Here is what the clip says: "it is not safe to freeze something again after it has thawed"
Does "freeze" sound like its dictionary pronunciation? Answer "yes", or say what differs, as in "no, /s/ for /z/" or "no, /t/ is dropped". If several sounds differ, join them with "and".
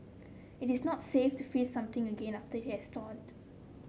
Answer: no, /ɹ/ is dropped